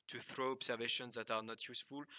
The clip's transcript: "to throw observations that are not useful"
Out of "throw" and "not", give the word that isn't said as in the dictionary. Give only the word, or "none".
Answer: none